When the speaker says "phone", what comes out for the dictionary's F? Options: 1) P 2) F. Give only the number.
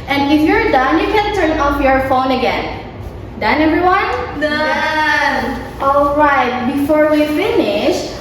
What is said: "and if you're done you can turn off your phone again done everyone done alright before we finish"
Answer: 2